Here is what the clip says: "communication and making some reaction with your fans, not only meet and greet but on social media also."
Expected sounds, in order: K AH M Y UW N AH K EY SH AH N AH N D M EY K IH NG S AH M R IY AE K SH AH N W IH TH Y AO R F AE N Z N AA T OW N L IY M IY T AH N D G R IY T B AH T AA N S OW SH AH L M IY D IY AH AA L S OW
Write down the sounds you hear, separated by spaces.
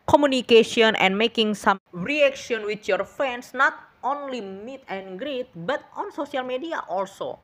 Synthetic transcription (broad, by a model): K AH M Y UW N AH K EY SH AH N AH N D M EY K IH NG S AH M R IY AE K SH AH N W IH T Y AO R F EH N S N AA T OW N L IY M IY T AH N G R IY T B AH T AA N S OW S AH L M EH D IY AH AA L S OW